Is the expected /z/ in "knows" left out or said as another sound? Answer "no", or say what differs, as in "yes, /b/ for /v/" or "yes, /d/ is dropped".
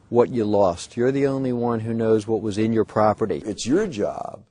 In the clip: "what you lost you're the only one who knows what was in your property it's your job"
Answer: no